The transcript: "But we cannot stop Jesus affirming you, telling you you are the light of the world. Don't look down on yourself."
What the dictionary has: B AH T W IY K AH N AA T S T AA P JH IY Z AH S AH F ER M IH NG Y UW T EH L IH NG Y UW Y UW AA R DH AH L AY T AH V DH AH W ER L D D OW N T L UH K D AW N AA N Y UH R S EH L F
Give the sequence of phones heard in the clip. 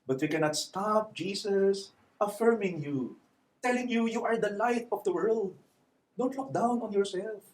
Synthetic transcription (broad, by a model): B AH T W IY K AH N AA T S T AA P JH IY S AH S AH F ER M IH NG Y UW T EH L IH NG Y UW Y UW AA R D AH L AY T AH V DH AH W ER L D D OW N T L UH K D AW N AA N Y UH R S EH L F